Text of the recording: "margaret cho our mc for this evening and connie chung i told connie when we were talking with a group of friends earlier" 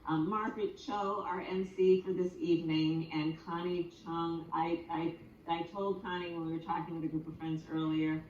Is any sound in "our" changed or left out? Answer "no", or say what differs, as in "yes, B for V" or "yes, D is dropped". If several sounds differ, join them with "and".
no